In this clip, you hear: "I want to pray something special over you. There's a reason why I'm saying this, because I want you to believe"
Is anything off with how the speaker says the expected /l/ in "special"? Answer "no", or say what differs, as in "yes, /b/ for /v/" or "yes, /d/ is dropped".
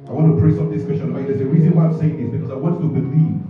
yes, /n/ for /l/